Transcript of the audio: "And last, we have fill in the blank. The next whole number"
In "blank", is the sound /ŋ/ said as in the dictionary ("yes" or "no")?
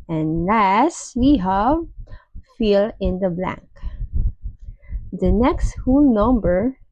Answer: yes